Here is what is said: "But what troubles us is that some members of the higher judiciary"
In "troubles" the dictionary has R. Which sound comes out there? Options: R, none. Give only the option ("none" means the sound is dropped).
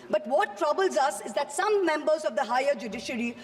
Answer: R